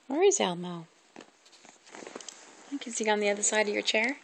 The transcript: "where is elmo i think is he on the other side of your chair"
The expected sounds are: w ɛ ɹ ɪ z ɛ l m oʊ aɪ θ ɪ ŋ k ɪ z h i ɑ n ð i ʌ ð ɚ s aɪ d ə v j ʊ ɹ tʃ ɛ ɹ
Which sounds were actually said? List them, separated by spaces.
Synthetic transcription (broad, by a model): w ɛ ɹ ɪ z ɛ l m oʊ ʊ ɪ k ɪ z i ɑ n ð i ʌ ð ɚ s aɪ d ə v j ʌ ɹ tʃ ɛ ɹ